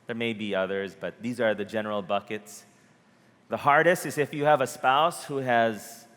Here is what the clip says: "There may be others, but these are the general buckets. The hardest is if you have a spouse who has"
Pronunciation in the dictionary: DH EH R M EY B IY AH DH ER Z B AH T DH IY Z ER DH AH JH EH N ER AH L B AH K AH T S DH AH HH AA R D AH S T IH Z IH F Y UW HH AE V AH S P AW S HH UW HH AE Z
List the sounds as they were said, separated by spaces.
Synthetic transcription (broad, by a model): DH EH R M EY B IY AH DH ER Z B AH T DH IY Z ER DH AH JH EH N ER L B AH K AH T S DH AH HH AA R D AH S T IH Z IH F Y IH V AH S P AW S HH UW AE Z